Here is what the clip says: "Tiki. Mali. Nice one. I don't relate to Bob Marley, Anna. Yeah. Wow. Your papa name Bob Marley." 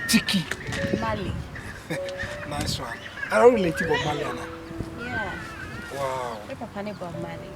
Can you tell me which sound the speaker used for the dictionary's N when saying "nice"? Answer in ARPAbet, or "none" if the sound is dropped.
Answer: N